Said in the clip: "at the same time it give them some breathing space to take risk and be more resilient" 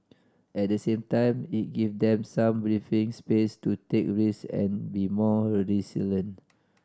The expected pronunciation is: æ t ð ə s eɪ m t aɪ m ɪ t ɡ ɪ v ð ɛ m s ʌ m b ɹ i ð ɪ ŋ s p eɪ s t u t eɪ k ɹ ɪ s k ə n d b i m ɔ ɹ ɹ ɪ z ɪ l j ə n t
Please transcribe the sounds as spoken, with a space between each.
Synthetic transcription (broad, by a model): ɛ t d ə s eɪ m t aɪ m ɪ t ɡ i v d ɛ m s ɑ m b ɹ i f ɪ ŋ s p eɪ s t u t eɪ k ɹ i s ə n b i m ɔ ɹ ɹ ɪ s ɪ l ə n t